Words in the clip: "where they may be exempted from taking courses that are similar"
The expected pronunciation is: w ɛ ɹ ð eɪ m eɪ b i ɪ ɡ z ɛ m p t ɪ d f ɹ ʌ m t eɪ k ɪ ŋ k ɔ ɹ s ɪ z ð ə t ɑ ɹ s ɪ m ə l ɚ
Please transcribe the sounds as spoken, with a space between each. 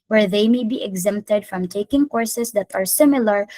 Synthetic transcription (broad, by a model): w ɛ ɹ ð eɪ m eɪ b i ɪ ɡ z ɛ m p t ɪ d f ɹ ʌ m t eɪ k ɪ ŋ k ɔ ɹ s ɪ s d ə t ɑ ɹ s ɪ m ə l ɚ